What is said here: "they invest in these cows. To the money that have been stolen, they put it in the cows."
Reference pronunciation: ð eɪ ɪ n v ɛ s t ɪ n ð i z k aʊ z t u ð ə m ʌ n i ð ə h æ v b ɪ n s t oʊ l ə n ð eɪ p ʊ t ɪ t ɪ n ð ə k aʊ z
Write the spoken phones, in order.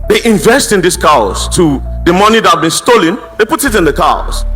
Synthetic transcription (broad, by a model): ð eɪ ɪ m v ɛ s t ɪ n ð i s k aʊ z t u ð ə m ʌ n i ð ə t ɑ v b ɪ n s t oʊ l ə n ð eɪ p ʊ t ɪ t ɪ n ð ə k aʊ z